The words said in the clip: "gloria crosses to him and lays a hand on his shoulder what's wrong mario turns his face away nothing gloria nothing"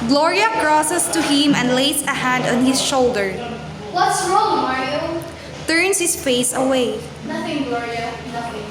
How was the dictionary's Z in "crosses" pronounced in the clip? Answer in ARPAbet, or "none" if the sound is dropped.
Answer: S